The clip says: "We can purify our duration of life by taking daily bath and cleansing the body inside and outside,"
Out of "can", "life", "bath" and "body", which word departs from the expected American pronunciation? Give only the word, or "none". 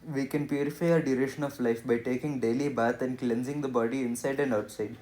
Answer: bath